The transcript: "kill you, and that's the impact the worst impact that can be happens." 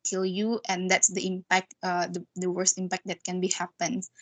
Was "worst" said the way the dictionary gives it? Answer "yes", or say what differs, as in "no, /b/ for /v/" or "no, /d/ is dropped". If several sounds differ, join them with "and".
yes